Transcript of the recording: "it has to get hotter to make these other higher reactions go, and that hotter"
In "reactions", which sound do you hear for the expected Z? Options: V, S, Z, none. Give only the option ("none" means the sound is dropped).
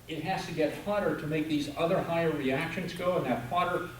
Z